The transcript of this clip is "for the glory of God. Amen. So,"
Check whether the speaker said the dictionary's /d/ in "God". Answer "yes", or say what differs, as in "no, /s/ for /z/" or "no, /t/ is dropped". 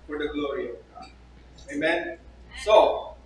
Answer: no, /d/ is dropped